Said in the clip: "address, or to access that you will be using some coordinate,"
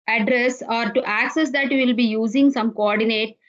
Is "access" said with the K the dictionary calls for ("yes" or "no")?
yes